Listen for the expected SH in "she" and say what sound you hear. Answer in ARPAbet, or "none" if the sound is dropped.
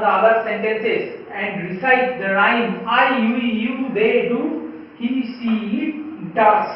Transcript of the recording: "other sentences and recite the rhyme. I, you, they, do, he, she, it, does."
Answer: S